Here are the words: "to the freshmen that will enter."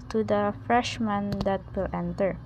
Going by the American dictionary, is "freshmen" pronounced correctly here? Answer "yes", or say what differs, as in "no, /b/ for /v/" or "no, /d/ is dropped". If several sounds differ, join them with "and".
yes